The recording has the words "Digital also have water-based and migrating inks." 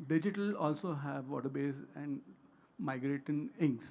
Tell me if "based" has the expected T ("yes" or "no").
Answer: no